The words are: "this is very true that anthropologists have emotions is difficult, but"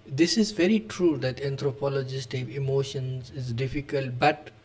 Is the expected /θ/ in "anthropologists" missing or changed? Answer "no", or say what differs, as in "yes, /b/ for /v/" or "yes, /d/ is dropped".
yes, /t/ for /θ/